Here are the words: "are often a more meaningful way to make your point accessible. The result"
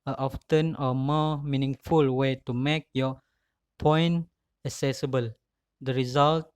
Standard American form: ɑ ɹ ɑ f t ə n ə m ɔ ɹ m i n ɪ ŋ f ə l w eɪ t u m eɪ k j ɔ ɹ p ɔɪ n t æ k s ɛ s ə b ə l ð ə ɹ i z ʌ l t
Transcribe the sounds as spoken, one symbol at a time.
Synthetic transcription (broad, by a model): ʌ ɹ ɑ f t ə n ə m ɔ m i n ɪ ŋ f ə l w eɪ t u m eɪ k j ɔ p ɔɪ n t æ k s ɛ s ə b ə l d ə ɹ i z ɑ l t